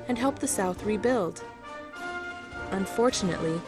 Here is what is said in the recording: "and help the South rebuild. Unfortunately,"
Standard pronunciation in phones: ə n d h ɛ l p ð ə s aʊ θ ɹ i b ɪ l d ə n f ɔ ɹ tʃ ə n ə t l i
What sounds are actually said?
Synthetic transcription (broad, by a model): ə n h ɛ l p ð ə s aʊ θ ɹ i b ɪ l d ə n f ɔ ɹ tʃ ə n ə t l i